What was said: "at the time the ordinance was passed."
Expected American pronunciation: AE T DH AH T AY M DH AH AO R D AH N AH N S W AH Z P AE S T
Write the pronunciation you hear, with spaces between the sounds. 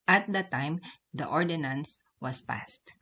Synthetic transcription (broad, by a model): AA T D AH T AY M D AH AO R D AH N AH N S W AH S P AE S T